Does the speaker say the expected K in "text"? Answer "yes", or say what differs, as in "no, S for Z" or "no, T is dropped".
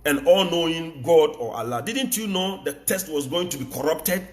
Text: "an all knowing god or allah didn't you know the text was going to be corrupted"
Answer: no, K is dropped